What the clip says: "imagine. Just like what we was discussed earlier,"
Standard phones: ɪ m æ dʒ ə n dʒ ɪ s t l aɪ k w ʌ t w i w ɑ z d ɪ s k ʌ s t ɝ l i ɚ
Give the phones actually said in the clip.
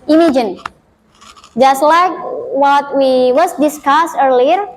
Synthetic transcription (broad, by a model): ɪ m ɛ dʒ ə n dʒ ɪ s t l aɪ k w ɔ t w i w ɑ s d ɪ s k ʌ s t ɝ l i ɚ